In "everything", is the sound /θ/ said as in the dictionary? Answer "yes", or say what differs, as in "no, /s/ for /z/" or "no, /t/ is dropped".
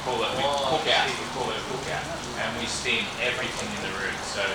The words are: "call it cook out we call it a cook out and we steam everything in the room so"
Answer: yes